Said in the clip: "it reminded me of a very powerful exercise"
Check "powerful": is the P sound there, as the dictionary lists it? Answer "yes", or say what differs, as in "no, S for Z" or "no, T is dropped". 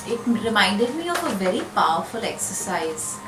yes